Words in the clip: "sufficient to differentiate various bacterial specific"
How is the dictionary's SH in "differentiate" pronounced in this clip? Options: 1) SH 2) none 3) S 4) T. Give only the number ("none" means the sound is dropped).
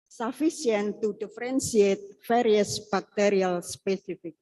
3